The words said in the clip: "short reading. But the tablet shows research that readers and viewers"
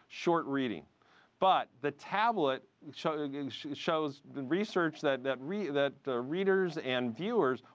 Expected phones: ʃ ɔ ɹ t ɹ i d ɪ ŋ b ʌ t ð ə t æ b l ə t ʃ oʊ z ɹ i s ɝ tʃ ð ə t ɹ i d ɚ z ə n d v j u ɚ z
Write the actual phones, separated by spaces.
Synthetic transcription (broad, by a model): ʃ ɔ ɹ t ɹ i d ɪ ŋ b ʌ t ð ə t æ b l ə t ʃ oʊ z ɹ i s ɝ tʃ ð ə t ɹ i d ɚ z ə n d v j u ɚ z